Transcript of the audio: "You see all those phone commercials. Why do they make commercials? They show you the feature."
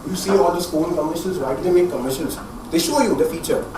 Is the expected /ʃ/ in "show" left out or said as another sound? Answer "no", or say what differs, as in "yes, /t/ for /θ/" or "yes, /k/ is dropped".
no